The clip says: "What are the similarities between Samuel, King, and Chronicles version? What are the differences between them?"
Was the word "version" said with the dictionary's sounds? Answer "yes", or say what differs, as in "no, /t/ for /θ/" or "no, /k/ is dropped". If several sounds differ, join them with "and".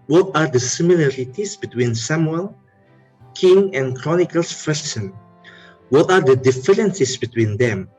no, /s/ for /ʒ/